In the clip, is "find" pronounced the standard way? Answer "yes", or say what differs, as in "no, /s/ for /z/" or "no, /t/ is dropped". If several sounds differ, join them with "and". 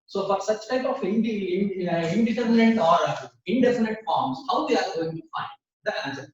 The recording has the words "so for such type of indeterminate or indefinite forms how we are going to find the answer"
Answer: yes